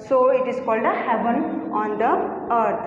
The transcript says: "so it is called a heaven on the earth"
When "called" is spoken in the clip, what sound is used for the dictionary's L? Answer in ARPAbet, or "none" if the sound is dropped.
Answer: L